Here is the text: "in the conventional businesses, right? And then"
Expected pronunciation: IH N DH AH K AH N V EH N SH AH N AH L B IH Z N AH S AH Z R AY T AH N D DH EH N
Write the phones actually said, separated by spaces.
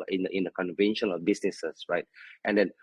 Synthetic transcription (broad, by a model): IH N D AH K AH N V EH N SH AH N AH L B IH S N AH S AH S R AY T AH N D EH N